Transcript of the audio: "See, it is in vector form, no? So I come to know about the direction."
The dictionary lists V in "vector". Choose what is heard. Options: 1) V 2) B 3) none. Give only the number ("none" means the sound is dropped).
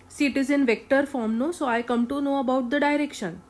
1